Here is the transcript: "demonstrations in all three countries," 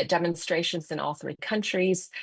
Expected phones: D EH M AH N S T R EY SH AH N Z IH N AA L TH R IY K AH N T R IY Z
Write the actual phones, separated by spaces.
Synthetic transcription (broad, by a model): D EH M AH N S T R EY SH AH N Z IH N AA L TH R IY K AH N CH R IY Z